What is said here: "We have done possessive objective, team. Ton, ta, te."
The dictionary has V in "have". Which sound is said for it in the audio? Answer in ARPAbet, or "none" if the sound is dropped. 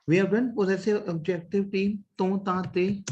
B